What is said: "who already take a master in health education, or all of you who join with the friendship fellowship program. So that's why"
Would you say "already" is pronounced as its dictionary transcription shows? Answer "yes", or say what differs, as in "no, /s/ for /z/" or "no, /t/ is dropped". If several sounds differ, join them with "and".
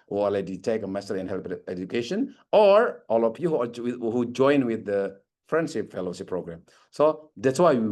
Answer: no, /ɹ/ is dropped